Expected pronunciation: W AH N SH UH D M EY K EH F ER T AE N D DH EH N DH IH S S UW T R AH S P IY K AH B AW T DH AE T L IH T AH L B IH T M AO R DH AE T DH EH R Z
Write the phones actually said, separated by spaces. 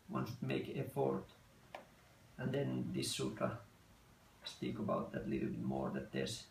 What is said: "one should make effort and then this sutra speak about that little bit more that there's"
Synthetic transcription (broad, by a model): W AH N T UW M EY K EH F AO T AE N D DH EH N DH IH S S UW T AH S P IY K AH B AW T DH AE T L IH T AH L B IH T M AO R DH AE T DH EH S